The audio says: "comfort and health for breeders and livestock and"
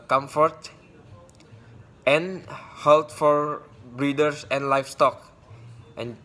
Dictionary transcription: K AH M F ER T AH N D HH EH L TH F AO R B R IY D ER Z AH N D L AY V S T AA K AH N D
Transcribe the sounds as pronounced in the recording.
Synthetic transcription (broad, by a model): K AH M F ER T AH N HH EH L T F AO R B R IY D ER S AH N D L AY F S T AA K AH N